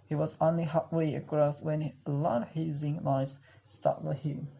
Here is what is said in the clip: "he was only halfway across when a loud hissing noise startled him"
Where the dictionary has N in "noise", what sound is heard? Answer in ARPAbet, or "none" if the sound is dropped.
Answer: L